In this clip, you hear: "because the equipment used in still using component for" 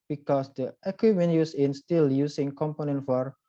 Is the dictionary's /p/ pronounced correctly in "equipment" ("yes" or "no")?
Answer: no